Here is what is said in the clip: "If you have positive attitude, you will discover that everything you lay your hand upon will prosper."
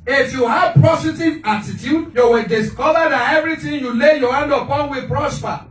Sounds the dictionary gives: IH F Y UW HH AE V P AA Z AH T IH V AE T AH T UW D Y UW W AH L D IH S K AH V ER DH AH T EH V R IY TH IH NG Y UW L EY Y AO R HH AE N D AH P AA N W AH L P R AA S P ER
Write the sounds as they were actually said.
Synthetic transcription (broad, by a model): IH F Y UW HH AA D P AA S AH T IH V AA T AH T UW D Y UW W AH D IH S K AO V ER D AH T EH V R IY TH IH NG Y UW L EY Y AO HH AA N D AH P AA N W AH P R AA S P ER